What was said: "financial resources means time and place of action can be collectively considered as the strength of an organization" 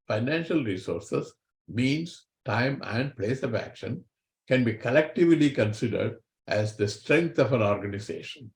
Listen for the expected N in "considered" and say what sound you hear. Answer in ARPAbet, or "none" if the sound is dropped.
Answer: N